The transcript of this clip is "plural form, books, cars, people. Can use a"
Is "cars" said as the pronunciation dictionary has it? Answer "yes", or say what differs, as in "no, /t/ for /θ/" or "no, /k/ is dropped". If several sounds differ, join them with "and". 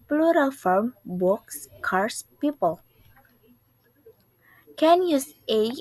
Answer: no, /s/ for /z/